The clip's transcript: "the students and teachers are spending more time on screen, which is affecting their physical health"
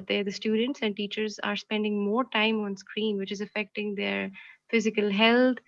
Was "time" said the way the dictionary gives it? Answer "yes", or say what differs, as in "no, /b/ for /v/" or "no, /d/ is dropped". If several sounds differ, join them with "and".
yes